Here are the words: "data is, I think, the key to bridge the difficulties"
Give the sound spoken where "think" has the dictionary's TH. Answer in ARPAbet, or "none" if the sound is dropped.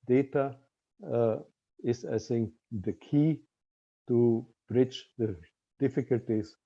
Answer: S